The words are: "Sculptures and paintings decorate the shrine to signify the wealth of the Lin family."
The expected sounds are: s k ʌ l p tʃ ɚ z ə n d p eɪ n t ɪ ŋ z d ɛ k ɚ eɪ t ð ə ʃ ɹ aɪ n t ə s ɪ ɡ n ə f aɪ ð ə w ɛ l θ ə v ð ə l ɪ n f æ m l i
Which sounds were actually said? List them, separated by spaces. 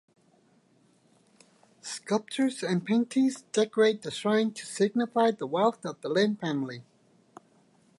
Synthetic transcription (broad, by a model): s k ʌ l p tʃ ɚ z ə n p eɪ n t ɪ ŋ z d ɛ k ɚ eɪ t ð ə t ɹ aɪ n t ə s ɪ ɡ n ə f aɪ ð ə w ɛ l θ ə v ð ə l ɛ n f æ m l i